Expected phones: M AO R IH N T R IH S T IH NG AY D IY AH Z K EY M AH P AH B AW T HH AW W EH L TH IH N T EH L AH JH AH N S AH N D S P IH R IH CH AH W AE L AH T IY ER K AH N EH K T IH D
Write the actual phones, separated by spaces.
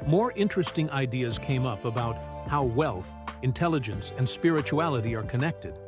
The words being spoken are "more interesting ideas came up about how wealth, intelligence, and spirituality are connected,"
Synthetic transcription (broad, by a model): M AO R IH N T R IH S T IH NG AY D IY AH Z K EY M AH P AH B AW T HH AW W EH L TH IH N T EH L AH JH AH N S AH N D S P IH R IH CH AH AE L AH T IY ER K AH N EH K T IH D